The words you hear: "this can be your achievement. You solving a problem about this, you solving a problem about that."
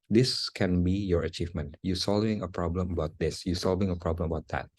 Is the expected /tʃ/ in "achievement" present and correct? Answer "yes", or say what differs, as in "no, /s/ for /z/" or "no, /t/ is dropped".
yes